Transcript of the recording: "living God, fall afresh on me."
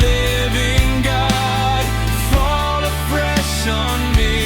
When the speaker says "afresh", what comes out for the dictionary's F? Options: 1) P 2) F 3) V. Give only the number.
1